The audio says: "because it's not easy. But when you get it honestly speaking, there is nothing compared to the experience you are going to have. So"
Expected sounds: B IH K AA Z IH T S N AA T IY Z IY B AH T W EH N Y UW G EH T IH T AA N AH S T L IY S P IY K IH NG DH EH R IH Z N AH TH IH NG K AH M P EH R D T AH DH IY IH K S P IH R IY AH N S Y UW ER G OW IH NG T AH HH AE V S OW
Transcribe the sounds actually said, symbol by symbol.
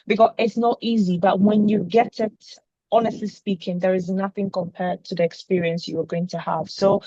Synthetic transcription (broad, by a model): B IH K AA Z IH T S N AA T IY Z IY B AH T W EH N Y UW G EH T IH T AA N AH S T L IY S P IY K IH NG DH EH R IH Z N AH TH IH NG K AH M P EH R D T AH DH IY IH K S P IH R IY AH N S Y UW ER G OW IH NG T AH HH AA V S OW